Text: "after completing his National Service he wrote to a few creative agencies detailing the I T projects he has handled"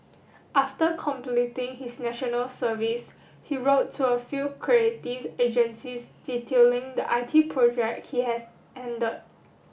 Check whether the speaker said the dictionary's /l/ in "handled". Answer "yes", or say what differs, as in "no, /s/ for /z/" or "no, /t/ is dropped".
no, /l/ is dropped